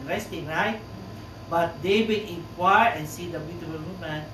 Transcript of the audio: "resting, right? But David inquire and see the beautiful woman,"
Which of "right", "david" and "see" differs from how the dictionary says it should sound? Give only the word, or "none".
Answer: david